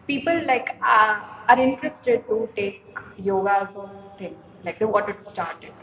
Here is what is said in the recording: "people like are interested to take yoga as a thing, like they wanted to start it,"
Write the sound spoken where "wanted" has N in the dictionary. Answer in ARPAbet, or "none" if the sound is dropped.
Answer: none